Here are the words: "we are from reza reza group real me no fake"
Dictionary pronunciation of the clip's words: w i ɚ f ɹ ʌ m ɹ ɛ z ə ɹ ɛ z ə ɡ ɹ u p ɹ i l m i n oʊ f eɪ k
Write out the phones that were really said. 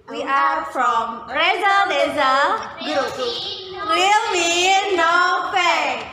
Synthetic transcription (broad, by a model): w i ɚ f ɹ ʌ m ɹ ɛ z ə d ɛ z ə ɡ u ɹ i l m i n oʊ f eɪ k